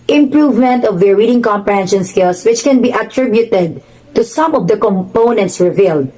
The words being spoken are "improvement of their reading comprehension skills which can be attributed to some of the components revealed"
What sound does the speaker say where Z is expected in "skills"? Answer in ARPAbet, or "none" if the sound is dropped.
S